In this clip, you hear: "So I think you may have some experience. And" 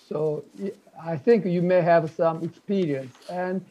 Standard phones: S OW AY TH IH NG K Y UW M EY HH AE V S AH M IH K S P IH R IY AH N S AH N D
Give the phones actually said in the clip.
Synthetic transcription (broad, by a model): S OW AY TH IH NG K Y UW M EY HH AE V S AH M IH K S P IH R IY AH N S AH N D